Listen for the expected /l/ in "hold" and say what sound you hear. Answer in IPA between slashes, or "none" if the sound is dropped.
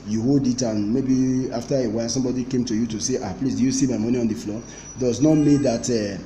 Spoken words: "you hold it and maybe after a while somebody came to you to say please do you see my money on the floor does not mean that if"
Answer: /l/